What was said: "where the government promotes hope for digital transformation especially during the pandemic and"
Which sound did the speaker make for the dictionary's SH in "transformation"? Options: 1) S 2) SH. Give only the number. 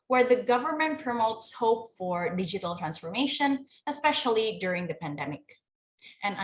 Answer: 2